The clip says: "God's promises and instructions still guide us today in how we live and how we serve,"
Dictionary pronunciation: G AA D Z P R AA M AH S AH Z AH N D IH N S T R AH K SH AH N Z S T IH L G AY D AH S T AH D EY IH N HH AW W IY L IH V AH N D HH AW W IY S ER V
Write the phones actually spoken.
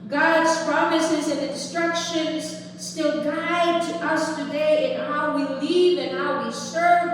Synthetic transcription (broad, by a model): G AA D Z P R AA M AH S AH Z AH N IH N S T R AH K SH AH N Z S T IH L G AY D AH S T AH D EY IH N HH AW W IY L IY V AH N HH AW W IY S ER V